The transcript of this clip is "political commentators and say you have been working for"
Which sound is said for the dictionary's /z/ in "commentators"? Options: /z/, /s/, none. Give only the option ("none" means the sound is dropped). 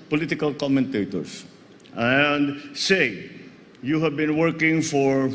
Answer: /s/